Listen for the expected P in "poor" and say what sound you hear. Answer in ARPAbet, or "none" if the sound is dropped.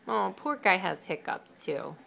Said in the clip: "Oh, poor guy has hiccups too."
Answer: P